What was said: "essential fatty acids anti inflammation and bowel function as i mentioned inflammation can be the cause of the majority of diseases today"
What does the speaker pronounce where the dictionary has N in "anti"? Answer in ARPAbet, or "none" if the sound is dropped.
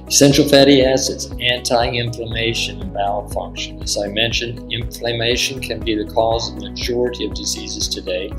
N